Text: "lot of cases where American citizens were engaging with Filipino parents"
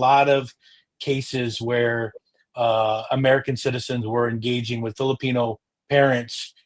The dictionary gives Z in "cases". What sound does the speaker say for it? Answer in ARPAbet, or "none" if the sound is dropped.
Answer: Z